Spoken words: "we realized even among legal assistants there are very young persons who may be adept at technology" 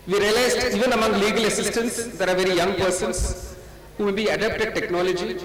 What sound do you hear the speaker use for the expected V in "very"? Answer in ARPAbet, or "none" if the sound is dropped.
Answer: V